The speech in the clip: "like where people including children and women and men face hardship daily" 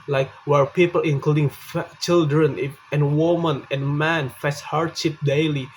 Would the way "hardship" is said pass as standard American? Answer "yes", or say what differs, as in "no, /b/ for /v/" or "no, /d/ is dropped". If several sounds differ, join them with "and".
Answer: yes